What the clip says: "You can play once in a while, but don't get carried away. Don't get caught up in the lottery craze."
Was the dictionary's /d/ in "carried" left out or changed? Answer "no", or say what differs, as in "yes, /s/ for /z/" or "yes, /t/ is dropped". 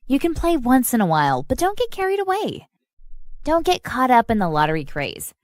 no